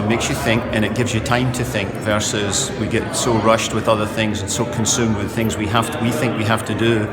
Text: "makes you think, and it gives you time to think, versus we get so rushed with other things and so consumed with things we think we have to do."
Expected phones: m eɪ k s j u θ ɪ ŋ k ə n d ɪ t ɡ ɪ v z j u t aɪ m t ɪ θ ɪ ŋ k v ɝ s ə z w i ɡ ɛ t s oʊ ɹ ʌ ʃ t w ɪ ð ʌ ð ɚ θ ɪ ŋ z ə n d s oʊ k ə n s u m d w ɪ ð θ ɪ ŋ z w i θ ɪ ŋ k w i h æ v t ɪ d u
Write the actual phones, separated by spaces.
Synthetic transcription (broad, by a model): m eɪ k s j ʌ θ ɪ ŋ k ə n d ɪ t ɡ ɪ v z j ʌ t aɪ m t ɪ θ ɪ ŋ k v ɝ s ə z w i ɡ ɛ t s oʊ ɹ ʌ ʃ t w ɪ ð ʌ ð ɚ θ ɪ ŋ z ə n s oʊ k ə n s u m d w ɪ ð θ ɪ ŋ z w i θ ɪ ŋ k w i h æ f t ɪ d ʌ